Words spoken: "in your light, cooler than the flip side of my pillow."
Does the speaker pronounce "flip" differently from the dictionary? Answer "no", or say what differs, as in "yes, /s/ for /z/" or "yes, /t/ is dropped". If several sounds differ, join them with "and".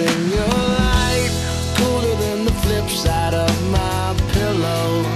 no